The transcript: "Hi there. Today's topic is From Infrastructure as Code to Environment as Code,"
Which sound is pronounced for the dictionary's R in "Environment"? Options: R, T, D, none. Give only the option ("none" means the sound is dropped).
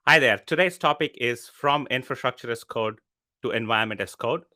none